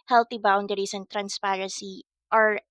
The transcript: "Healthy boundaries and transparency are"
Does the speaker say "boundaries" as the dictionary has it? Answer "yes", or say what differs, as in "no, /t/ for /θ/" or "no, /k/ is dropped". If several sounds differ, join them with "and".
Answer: no, /s/ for /z/